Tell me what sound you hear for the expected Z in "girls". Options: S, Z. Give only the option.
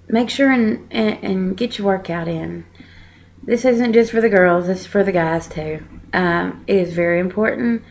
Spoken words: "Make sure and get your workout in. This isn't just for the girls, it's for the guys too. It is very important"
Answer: Z